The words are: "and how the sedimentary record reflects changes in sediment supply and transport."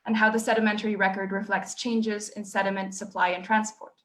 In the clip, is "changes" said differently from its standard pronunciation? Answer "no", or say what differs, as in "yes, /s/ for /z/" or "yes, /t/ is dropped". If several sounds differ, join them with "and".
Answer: no